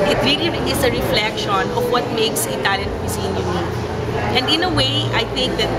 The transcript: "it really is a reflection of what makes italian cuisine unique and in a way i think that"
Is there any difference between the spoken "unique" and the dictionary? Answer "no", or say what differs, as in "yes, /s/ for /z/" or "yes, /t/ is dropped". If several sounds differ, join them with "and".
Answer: yes, /k/ is dropped